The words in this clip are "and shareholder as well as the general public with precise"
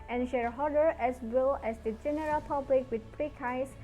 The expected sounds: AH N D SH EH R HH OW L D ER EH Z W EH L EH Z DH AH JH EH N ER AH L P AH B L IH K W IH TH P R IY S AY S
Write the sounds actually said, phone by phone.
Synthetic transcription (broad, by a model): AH N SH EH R HH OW D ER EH S W EH L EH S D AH JH EH N ER AH L P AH B L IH K W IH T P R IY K AY S